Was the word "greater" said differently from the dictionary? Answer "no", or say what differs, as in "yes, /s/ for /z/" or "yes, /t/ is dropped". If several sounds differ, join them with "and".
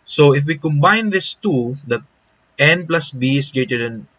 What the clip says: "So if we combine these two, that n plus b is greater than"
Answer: yes, /ɹ/ is dropped